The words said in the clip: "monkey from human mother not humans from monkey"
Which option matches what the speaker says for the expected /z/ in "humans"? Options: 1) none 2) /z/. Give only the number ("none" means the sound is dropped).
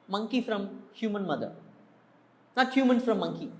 1